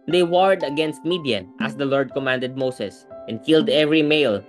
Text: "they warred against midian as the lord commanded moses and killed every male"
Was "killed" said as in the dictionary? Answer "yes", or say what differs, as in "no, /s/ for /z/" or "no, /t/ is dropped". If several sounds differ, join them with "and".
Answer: yes